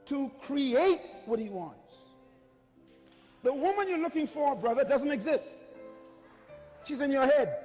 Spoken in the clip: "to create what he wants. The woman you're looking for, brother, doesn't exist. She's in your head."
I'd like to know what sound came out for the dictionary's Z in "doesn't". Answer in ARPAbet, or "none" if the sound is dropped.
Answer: Z